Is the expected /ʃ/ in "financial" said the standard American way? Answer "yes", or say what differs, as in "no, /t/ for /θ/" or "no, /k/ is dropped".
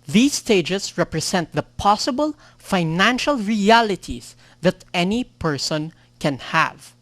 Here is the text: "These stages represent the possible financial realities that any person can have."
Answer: yes